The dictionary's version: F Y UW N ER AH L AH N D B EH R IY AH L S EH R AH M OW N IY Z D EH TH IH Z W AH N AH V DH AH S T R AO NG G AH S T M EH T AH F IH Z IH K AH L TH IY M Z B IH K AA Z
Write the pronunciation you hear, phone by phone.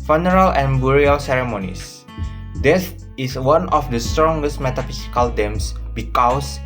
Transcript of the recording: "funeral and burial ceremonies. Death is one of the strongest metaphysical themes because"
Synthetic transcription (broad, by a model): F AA N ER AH L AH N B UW R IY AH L S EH R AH M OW N IY S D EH S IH S W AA N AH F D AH S T R AO NG G AH S T M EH T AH F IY S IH K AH L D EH M S B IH K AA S